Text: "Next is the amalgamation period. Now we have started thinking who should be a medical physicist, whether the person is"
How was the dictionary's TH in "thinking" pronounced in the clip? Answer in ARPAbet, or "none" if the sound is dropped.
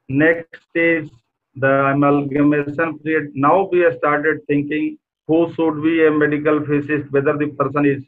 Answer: T